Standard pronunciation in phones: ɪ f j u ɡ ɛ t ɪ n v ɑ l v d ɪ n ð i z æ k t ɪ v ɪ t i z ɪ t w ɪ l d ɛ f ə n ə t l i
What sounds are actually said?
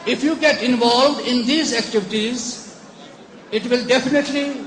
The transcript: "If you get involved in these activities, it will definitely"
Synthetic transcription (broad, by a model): ɪ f j u ɡ ɛ t ɪ n v ɑ l v d ɪ n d i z æ k t ɪ v ɪ t i z ɪ t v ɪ l d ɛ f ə n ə t l i